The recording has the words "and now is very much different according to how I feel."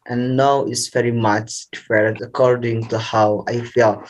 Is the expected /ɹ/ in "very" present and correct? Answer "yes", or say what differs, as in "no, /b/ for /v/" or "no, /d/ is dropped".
yes